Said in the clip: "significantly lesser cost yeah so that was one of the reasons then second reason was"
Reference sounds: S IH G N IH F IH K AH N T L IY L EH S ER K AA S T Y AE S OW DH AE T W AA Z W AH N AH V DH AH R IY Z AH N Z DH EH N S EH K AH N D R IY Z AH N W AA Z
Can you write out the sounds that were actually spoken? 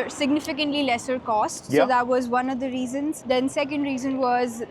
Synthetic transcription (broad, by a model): S IH G N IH F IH K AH N T L IY L EH S ER K AA S T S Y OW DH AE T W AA Z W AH N AH V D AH R IY Z AH N Z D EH N S EH K AH N D R IY Z AH N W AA Z